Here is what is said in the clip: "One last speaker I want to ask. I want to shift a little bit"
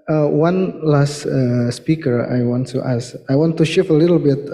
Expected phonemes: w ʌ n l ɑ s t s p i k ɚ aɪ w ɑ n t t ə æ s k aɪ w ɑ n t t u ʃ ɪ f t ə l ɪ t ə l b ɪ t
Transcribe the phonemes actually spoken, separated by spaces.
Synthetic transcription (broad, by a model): w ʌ n l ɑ s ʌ s p i k ɚ aɪ w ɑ n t t ə s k aɪ w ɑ n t t u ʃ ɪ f ə l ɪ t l b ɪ t